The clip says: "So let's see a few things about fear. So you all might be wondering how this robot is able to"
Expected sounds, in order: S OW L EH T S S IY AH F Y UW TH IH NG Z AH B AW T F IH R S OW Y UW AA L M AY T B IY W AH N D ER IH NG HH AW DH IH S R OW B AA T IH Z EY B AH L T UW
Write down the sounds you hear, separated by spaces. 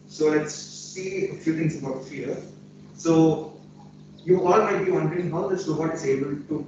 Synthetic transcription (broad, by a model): S OW L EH T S S IY AH F Y UW T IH NG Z AH B AW T F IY R S OW Y UW AA L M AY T B IY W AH N D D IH NG HH AW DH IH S L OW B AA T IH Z EY B AH L T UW